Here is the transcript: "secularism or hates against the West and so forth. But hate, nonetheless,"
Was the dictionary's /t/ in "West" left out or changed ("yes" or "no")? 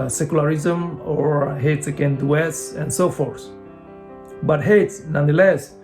yes